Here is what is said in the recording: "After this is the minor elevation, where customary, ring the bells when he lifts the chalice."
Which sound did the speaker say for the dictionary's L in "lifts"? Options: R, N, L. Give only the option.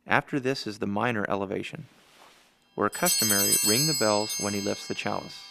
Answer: L